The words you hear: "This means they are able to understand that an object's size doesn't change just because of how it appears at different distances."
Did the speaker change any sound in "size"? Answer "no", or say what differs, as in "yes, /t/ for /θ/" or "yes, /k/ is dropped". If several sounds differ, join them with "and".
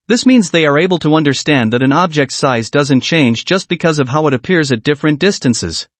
no